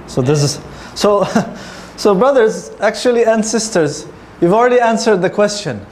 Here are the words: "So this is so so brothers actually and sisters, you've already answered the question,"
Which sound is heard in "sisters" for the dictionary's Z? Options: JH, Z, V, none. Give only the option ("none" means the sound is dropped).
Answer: Z